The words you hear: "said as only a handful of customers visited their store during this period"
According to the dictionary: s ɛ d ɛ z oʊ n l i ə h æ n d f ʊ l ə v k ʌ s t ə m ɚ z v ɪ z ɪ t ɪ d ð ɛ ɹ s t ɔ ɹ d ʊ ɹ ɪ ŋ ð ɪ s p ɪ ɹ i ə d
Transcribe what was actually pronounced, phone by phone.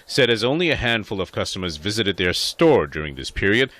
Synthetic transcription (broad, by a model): s ɛ d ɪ z oʊ n l i ə h æ n d f ʊ l ə v k ʌ s t ə m ɚ z v ɪ z ɪ t ɪ d ð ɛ ɹ s t ɔ ɹ d ʊ ɹ ɪ ŋ ð ɪ s p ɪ ɹ i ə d